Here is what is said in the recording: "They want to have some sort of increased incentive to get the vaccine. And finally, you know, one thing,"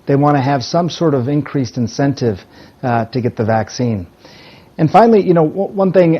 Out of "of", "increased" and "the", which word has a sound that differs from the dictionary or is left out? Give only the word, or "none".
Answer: none